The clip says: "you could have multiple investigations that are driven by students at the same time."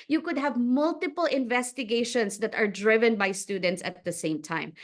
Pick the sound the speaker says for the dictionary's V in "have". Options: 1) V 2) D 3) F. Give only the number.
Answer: 1